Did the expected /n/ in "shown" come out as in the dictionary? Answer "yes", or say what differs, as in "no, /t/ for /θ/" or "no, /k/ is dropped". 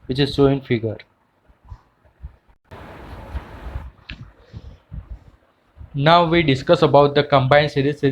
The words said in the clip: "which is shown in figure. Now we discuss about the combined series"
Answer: no, /n/ is dropped